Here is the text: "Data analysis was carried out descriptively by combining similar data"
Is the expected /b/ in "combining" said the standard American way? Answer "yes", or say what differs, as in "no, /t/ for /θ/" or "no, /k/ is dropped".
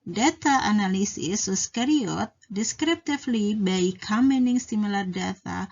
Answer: no, /b/ is dropped